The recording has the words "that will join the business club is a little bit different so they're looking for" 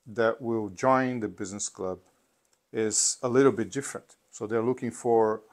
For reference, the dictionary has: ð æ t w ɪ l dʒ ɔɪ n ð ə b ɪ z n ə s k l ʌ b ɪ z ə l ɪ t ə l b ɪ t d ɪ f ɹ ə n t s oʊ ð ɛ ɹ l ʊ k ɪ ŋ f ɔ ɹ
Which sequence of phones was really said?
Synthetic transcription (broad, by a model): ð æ t w ɪ l dʒ ɔɪ n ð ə b ɪ z n ə s k l ʌ b ɪ z ə l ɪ t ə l b ɪ t d ɪ f ɹ ə n t s oʊ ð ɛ ɹ l ʊ k ɪ ŋ f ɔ ɹ